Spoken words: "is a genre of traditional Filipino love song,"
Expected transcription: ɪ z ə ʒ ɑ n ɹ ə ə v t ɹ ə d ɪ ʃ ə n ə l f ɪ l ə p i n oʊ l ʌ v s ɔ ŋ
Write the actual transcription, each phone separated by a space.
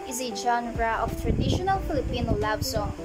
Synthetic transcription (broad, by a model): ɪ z ə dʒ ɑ n ɹ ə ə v t ɹ ə d ɪ ʃ ə n ə l f ɪ l ə p i n oʊ l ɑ b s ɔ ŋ